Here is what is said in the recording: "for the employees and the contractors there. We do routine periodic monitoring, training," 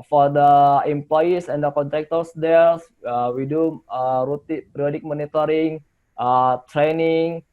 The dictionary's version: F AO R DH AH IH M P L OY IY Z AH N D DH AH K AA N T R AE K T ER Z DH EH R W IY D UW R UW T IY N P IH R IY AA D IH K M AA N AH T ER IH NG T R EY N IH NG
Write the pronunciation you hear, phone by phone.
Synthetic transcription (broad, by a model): F AO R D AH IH M P L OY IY S AH N D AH K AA N T R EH K T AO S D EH L W IY D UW R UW T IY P R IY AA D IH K M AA N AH T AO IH NG T R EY N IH NG